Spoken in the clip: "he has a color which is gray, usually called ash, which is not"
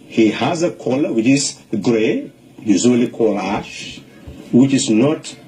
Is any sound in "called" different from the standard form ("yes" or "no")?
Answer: yes